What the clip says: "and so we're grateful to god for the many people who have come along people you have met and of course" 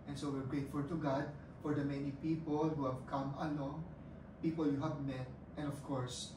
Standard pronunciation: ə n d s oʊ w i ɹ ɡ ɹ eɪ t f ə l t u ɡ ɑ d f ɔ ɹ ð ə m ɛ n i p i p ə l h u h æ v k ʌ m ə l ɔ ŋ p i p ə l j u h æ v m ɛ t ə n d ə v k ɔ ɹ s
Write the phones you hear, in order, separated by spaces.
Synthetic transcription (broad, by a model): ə n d s oʊ w i ɹ ɡ ɹ eɪ t f ə l t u ɡ ɑ d f ɔ ɹ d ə m ɛ n i p i p ə l h u h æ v k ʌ m ə l ɔ ŋ p i p ə l j u h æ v m ɛ t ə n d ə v k ɔ ɹ s